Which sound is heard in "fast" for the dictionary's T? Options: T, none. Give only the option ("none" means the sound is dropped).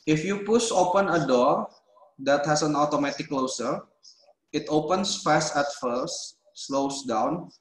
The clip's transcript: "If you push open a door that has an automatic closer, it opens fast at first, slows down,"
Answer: none